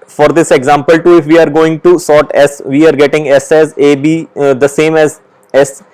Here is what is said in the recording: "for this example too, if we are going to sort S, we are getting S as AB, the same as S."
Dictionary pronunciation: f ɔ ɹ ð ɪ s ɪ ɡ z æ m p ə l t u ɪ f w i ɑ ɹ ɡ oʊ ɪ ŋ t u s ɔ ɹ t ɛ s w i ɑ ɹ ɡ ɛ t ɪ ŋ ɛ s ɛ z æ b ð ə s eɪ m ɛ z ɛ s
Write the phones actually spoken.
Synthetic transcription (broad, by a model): f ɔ ɹ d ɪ s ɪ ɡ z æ m p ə l t u ɪ f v i ɑ ɹ ɡ oʊ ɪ ŋ t u s ɔ ɹ t ɛ s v i ɑ ɹ ɡ ɛ t ɪ ŋ ɛ s ɛ z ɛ b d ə s eɪ m ɛ z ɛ s